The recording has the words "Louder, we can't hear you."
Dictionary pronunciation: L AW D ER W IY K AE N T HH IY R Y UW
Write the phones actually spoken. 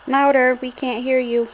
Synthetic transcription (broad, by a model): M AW D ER W IY K AE N T HH IY R Y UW